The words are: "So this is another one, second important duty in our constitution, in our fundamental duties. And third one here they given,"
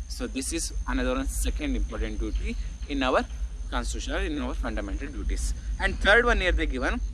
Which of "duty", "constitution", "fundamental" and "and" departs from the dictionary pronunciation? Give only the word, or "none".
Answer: constitution